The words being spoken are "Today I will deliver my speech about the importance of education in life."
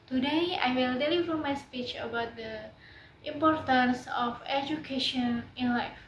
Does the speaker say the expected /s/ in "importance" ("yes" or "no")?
yes